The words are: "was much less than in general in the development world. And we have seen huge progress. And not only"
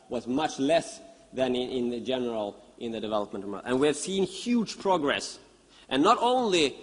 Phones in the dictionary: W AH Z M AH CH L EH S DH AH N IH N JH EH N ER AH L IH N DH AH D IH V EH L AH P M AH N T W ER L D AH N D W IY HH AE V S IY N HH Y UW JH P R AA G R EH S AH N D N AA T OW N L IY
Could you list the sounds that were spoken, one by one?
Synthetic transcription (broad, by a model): W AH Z M AH CH L EH S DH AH N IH N JH EH N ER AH L IH N DH AH D IH V EH L AH P M AH N T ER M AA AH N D W IY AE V S IY N HH Y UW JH P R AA G R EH S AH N N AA T OW N L IY